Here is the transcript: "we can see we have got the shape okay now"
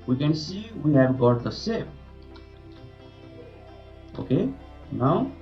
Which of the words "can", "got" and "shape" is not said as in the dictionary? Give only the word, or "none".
shape